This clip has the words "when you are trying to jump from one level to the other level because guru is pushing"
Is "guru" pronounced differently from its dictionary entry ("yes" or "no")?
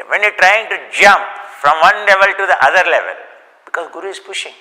no